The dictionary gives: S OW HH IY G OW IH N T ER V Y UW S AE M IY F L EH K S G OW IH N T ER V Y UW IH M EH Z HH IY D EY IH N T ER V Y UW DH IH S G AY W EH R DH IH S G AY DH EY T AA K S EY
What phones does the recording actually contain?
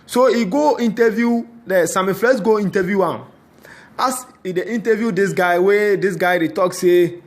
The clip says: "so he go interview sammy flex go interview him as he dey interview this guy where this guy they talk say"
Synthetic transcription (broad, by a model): S OW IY G OW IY N T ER V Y UW S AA M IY F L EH S G OW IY N T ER V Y UW IH M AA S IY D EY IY N T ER V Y UW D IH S G AY W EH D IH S G AY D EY T AA K S EY